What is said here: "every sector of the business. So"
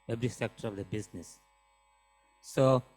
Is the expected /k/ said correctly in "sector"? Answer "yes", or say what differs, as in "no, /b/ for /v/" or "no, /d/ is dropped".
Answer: yes